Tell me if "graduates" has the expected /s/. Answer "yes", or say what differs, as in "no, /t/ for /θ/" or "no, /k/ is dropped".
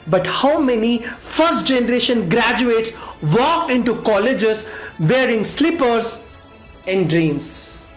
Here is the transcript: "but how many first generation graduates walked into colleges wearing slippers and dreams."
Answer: yes